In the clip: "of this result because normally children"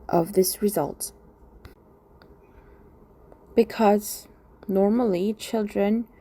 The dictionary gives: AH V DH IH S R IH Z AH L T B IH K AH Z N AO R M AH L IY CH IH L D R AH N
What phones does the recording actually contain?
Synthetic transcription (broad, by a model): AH V DH IH S R IH Z AH L T B IH K AH Z N AO R M AH L IY CH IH L D R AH N